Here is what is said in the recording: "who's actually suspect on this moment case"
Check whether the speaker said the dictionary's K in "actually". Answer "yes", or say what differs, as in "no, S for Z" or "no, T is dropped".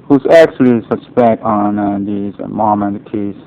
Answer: yes